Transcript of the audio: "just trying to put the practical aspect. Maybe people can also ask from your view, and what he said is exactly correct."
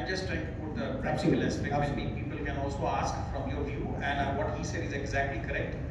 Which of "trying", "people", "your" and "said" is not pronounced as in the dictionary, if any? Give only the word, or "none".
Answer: none